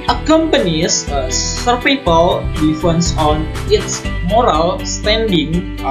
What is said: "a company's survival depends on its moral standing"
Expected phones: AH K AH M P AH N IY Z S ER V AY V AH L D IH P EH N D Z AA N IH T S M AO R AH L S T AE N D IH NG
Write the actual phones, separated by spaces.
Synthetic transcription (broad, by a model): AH K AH M P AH N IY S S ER P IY P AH L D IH F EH N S AA N IH T S M AO R AH L S T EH N D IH NG